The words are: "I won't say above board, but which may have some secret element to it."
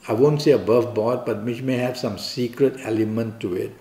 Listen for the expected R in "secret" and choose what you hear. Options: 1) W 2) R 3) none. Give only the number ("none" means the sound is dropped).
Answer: 2